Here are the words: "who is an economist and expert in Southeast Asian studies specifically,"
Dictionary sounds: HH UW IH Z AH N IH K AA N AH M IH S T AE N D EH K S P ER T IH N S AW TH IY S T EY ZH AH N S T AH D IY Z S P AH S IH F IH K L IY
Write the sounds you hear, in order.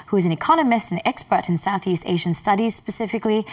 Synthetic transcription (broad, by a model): HH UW IH Z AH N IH K AA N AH M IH S T N EH K S P ER T IH N S AW TH IY S T EY ZH AH N S T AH D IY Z S P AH S IH F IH K L IY